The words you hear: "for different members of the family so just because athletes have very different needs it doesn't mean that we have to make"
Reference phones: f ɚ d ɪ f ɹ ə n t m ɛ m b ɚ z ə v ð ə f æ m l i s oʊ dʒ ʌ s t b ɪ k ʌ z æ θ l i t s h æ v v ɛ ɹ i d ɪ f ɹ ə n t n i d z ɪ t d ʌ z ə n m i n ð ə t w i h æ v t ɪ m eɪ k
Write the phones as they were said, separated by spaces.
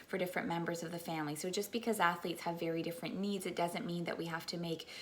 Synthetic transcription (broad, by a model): f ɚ d ɪ f ɹ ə n m ɛ m b ɚ z ə v ð ə f æ m l i s oʊ dʒ ʌ s b ɪ k ʌ z æ θ l i t s h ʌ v v ɛ ɹ i d ɪ f ɹ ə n n i d z ɪ t d ʌ z ə n m i n ð ə t w i h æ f t ɪ m eɪ k